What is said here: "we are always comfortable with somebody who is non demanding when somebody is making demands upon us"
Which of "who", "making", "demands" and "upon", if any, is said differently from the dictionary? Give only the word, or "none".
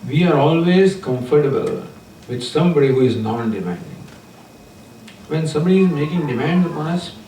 demands